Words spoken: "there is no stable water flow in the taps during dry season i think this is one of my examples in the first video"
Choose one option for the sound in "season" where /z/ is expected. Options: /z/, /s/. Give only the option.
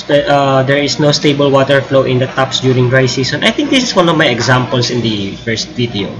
/s/